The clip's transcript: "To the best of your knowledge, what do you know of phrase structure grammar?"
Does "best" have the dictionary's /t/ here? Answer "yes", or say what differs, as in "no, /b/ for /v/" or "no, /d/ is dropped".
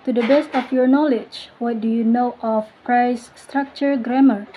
yes